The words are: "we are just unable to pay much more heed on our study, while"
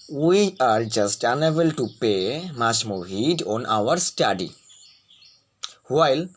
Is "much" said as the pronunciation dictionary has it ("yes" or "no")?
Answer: no